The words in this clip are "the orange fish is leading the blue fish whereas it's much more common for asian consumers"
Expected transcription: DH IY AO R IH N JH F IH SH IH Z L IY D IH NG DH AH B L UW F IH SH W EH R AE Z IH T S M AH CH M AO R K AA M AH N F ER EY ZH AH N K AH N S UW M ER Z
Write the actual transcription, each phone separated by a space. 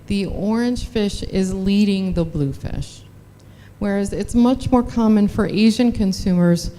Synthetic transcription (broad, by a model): DH IY AO R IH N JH F IH SH IH Z L IY D IH NG DH AH B L UW F IH SH W EH R AE Z IH T S M AH CH M AO R K AA M AH N F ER EY ZH AH N K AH N S UW M ER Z